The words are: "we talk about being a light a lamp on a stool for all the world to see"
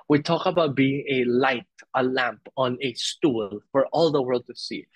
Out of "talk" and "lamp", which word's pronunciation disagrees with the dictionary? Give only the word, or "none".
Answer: none